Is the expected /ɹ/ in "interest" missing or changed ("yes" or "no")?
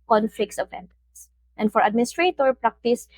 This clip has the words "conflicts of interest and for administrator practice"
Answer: yes